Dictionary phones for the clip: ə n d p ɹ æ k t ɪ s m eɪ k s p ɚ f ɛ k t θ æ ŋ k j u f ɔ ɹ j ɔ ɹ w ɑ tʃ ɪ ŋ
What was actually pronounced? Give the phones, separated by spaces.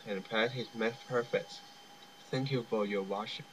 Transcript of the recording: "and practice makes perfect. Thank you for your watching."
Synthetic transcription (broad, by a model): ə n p æ t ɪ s m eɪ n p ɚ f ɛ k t θ æ ŋ k j u f ɔ ɹ j ɔ ɹ w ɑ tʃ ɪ